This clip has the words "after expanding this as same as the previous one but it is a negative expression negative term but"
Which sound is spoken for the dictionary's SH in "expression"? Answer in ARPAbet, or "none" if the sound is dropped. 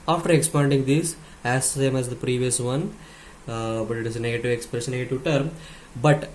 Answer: S